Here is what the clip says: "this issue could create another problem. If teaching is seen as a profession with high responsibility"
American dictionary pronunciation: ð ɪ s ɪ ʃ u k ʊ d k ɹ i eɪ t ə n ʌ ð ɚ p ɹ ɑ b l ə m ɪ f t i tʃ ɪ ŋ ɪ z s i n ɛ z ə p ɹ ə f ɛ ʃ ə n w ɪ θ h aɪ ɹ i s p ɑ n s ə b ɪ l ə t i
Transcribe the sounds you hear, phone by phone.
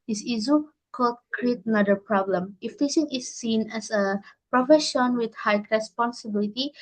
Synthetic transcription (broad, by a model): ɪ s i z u k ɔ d k ɹ i eɪ t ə n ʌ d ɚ p ɹ ɑ b l ə m ɪ f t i s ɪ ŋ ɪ s i n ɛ s ə p ɹ ə f ɛ ʃ ə n w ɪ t h aɪ ɹ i s p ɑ n s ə b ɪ l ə t i